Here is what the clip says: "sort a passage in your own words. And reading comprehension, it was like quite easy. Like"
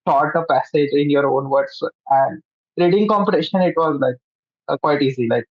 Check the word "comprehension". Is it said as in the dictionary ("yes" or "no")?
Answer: no